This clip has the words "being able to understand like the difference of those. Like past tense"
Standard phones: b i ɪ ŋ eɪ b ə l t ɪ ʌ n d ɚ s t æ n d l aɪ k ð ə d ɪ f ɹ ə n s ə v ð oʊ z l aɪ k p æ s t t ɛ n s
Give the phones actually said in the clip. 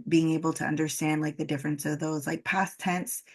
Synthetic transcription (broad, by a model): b i ɪ ŋ eɪ b l t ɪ ʌ n d ɚ s t æ n d l aɪ k ð ə d ɪ f ɹ ə n s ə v ð oʊ z l aɪ k p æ s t t ɛ n s